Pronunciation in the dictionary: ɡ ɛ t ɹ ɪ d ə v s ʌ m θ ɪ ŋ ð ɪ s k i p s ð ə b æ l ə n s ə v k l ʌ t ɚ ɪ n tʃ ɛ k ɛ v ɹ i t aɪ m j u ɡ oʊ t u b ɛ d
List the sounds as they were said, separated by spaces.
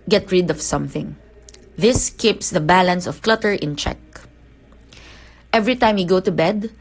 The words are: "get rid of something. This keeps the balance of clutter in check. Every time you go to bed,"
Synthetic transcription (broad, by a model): ɡ ɛ t ɹ ɪ d ə v s ʌ m θ ɪ ŋ ð ɪ s k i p s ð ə b æ l ə n s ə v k l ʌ t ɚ ɪ n tʃ ɛ k ɛ v ɹ i t aɪ m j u ɡ oʊ t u b ɛ d